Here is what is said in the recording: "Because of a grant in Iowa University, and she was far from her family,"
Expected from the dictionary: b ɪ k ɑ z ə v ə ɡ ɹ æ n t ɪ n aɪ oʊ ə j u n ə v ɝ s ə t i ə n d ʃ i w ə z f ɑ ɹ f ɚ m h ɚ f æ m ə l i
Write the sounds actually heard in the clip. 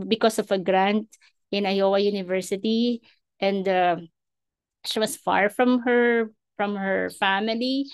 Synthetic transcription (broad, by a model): b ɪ k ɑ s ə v ə ɡ ɹ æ n t ɪ n aɪ oʊ ə j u n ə v ɝ s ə t i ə n d ʃ i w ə s f ɑ ɹ f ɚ m h ɚ f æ m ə l i